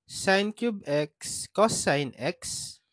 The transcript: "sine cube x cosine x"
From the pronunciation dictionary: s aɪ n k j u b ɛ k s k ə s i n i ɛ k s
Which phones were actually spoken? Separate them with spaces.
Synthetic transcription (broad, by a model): s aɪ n k j u b ɛ k s k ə s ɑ n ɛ k s